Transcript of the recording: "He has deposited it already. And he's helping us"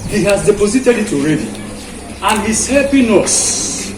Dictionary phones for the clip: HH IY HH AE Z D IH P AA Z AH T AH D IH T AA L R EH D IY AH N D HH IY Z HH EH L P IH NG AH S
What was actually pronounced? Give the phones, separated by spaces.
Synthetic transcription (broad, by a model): HH IY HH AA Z D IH P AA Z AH T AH D IH T AA L R EH D IY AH N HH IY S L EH P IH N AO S